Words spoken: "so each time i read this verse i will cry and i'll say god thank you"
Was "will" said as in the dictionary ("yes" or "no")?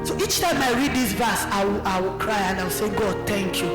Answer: no